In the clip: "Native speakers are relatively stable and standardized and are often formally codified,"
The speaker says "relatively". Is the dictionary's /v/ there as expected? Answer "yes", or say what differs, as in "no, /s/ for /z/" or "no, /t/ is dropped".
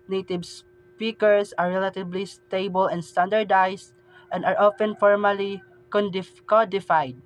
no, /b/ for /v/